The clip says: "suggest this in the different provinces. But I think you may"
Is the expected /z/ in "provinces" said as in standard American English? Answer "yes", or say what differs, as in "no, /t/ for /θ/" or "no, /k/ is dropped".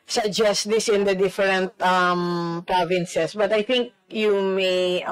no, /s/ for /z/